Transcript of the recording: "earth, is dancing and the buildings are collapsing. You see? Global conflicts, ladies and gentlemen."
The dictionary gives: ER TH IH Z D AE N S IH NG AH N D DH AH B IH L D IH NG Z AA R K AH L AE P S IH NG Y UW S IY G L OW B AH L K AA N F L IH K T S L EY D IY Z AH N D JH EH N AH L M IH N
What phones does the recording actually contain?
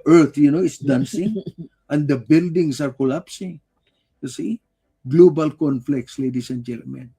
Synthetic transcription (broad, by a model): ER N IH S D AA N S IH NG AH N D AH B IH L D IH NG S AA R K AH L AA P S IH NG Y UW S IY G L OW B AH L K AA N F L IH K T S L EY D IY S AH N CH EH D M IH N